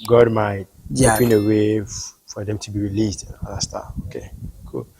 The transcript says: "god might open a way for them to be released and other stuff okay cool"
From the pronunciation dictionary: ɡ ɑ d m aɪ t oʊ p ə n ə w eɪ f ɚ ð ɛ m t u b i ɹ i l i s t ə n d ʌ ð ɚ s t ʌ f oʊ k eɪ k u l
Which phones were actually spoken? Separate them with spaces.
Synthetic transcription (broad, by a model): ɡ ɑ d m aɪ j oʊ ə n ə w eɪ f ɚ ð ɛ m t u b i ɹ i l i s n ə n d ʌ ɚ s t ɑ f oʊ k eɪ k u l